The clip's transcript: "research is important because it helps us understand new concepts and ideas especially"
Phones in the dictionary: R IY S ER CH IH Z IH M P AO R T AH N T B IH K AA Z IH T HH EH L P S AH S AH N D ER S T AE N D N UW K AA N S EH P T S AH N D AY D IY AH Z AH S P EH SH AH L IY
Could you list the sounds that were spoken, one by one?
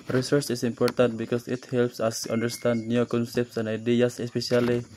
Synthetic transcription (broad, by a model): R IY S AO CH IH S IH M P AO R T AH N T B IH K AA S IH T HH EH L P S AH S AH N D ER S T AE N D N UW K AA N S EH P T S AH N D AY D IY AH S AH S P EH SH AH L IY